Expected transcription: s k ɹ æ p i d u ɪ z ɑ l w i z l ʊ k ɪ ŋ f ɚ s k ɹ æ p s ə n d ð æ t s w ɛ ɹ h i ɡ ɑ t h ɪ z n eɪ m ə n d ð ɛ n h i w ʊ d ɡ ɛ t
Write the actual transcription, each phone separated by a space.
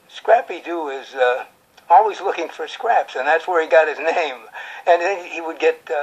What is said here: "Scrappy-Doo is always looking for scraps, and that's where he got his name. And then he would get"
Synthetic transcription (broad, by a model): s k ɹ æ p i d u ɪ z ɑ l w i z l ʊ k ɪ ŋ f ɚ s k ɹ æ p s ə n ð æ t s w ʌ ɹ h i ɡ ɑ t h ɪ z n eɪ m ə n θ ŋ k h i w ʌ d ɡ ɛ t